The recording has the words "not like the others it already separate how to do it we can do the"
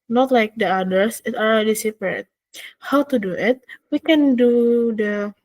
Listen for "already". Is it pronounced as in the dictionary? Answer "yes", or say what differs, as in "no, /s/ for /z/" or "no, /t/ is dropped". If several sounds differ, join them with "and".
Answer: no, /l/ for /ɹ/